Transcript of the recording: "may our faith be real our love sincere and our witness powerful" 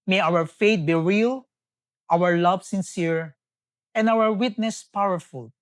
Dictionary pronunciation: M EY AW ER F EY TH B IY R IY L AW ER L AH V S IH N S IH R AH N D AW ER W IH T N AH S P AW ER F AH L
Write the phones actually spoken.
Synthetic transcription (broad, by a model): M EY AW ER F EY T B IY R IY L AW ER L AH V S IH N S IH R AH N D AW ER W IH T N AH S P AW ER F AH L